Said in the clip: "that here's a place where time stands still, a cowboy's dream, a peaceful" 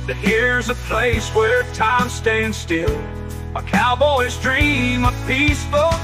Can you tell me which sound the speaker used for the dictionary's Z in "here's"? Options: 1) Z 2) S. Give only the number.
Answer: 1